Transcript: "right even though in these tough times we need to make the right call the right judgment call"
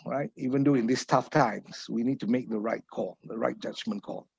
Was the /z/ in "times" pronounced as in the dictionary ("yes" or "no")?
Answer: no